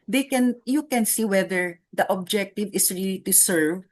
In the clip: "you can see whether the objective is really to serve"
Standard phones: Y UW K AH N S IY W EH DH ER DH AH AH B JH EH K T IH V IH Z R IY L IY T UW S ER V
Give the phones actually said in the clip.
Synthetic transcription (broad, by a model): Y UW K AH N S IY W EH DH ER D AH AH B JH EH K T IH V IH S R IY L IY T UW S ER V